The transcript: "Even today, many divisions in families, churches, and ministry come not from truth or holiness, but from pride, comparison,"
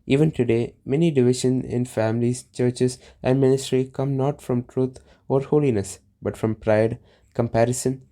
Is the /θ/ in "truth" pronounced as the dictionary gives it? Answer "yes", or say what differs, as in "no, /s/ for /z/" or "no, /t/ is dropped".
no, /t/ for /θ/